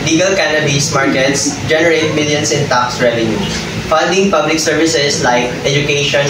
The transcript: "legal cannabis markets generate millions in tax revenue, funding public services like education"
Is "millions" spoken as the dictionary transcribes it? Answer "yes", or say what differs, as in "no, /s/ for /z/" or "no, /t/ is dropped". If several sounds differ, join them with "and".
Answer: no, /s/ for /z/